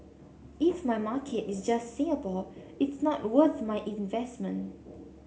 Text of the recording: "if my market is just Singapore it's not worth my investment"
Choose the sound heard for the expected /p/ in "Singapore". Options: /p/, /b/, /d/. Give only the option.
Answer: /b/